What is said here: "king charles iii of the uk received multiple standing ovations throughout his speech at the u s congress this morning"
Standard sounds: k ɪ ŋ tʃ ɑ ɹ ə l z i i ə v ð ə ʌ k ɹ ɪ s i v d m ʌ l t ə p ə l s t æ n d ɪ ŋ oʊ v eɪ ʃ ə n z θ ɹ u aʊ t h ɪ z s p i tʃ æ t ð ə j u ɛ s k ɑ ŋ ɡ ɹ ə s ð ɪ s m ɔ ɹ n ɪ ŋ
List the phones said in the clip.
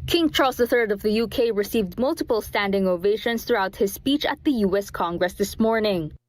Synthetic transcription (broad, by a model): k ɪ ŋ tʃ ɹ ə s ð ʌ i ə v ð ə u k ɹ ɪ s i v d m ʌ l t ə p ə l s t æ n d ɪ ŋ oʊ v eɪ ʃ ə n s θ ɹ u aʊ t h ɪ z s p i tʃ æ t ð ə j u ɛ s k ɑ ŋ ɡ ɹ ə s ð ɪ s m ɔ ɹ n ɪ ŋ